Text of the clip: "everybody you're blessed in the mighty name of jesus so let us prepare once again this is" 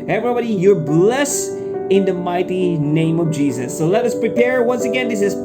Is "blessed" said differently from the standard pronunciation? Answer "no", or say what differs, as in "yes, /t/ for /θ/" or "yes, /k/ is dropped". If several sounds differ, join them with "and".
yes, /t/ is dropped